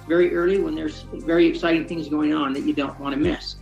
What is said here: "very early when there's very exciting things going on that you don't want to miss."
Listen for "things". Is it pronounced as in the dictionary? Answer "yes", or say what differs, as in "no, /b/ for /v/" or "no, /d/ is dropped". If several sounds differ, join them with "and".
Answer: yes